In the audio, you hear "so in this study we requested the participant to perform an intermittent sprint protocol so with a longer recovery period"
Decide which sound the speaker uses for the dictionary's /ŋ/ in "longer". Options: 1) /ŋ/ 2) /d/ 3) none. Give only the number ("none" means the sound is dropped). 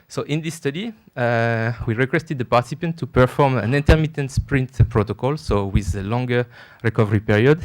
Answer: 1